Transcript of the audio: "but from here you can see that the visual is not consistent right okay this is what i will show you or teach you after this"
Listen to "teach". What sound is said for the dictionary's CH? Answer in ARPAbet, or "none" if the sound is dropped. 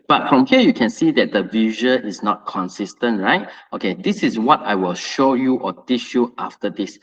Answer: SH